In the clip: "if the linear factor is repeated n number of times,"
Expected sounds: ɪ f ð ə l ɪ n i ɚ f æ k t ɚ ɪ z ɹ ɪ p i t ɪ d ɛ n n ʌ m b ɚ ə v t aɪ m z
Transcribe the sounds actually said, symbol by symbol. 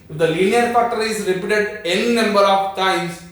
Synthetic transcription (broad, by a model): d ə l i n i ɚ p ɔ t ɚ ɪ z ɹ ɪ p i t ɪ d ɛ n n ʌ m b ɚ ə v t aɪ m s